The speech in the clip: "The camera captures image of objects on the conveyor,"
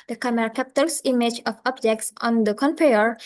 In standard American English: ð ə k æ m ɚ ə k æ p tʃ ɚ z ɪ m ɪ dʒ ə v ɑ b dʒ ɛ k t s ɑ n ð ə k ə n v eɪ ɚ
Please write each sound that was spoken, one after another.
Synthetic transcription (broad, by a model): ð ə k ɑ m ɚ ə k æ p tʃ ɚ s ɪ m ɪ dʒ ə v ɑ b dʒ ɛ k t s ɑ n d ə k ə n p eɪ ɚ